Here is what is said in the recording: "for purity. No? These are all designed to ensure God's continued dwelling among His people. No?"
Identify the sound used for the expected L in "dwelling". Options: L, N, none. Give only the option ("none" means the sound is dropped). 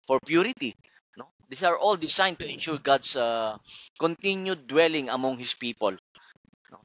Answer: L